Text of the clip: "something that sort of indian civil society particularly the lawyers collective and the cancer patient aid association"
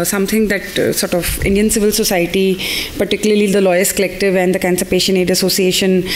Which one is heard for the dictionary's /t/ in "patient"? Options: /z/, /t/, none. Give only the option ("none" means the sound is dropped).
none